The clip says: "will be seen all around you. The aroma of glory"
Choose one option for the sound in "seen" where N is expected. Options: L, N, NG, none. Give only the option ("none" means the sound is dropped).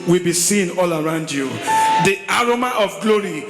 N